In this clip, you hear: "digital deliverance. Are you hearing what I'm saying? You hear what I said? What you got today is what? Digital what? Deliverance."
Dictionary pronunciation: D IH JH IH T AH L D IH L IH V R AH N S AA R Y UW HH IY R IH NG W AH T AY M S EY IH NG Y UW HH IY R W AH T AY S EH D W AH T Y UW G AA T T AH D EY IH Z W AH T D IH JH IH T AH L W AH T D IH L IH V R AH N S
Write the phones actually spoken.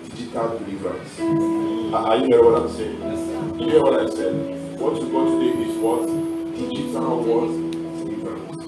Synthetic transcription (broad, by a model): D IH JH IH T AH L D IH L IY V R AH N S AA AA Y UW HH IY IH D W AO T AY M S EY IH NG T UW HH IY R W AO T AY S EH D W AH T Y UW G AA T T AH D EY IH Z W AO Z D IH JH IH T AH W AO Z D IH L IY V R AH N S